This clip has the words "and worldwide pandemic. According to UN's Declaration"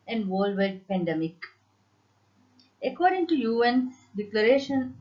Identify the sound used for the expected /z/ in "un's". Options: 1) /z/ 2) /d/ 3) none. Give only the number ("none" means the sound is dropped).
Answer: 3